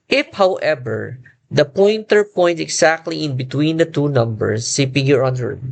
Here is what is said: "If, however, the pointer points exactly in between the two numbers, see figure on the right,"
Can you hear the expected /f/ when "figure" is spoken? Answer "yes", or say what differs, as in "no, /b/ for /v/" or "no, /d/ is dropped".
no, /p/ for /f/